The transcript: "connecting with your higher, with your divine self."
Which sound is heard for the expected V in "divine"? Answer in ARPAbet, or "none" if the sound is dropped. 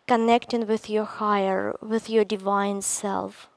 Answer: V